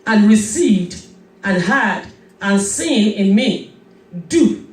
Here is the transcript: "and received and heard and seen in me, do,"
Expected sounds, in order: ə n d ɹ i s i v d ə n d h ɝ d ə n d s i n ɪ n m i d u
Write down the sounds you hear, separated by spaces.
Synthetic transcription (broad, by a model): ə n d ɹ i s i v d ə n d h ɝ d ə n s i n ɪ n m i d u